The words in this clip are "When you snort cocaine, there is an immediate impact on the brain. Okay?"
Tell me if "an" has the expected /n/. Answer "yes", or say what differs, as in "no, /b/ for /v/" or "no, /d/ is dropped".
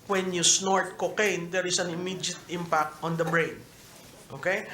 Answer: yes